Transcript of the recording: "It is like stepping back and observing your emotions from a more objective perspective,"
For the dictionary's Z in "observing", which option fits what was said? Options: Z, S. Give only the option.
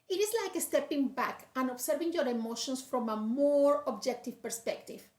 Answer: S